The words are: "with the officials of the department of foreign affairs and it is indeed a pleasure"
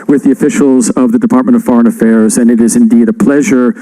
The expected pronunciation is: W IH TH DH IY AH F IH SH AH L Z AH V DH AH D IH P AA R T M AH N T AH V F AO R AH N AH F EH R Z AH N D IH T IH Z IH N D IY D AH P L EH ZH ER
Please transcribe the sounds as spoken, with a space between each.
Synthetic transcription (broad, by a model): W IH DH IY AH F IH SH L Z AH V DH AH D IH P AA R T M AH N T AH V F AO R AH N AH F EH R Z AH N IH T IH Z IH N D IY D AH P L EH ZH ER